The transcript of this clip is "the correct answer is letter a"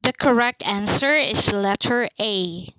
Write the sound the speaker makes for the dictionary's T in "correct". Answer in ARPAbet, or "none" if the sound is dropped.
T